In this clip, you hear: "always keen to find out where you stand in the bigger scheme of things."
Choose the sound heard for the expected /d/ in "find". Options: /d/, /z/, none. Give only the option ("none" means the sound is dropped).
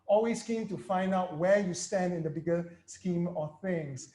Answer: /d/